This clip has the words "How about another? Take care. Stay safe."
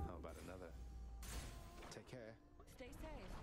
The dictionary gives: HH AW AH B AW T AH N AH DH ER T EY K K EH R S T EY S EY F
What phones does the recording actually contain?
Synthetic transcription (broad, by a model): HH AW AH B AW T AH N AH DH ER T EY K K EH R S T EY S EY